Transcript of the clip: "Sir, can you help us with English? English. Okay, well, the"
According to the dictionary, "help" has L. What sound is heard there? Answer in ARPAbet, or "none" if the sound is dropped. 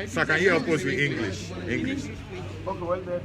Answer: none